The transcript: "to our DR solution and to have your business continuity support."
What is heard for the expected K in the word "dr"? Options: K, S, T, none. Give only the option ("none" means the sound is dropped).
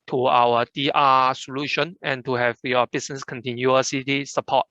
none